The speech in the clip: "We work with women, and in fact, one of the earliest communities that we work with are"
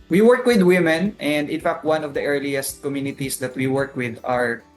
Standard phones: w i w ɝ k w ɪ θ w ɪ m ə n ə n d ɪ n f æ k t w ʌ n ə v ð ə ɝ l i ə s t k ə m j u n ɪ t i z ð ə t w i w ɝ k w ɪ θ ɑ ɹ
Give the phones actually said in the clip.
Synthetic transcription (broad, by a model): w i w ɝ k w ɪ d w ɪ m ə n ə n d ɪ n f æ k t w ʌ n ə v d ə ɝ l i ə s t k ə m j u n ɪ t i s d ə t w i w ɝ k w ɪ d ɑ ɹ